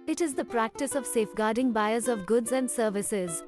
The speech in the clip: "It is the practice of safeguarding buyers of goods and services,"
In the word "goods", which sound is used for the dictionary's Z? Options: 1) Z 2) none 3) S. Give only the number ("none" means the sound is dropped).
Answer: 1